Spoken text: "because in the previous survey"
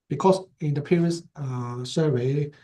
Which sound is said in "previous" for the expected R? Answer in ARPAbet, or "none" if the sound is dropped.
none